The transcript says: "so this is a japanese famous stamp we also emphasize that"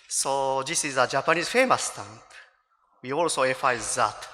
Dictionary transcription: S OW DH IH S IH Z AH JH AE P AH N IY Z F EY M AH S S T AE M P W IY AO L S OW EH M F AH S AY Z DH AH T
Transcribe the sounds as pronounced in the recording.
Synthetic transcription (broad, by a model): S OW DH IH S IH Z AH JH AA P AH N IY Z F EY M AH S S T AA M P W IY AO L S OW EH F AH IH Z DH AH T